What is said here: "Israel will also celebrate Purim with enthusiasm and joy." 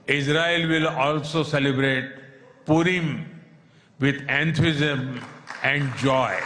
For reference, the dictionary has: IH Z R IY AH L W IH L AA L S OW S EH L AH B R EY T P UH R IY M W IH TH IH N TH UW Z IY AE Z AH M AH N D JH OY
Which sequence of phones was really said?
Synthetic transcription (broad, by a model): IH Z R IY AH L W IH L AA L S OW S EH L AH B R EY T P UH R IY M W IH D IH N T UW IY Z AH M AH N D JH OY